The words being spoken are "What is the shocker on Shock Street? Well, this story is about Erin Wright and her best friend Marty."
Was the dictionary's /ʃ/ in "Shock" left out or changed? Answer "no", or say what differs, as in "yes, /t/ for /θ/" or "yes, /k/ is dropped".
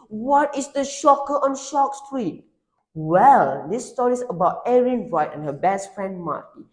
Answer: no